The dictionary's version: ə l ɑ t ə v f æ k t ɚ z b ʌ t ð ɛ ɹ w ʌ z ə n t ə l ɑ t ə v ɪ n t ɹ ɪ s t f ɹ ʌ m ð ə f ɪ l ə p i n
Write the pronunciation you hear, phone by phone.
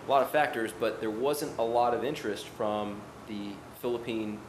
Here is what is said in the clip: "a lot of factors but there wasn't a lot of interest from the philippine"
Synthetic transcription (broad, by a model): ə l ɑ t ə v f æ k t ɚ z b ʌ t ð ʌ ɹ w ʌ z ə n t ə l ɑ t ə v ɪ n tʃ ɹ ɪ s t f ɹ ʌ m ð ə f ɪ l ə p i n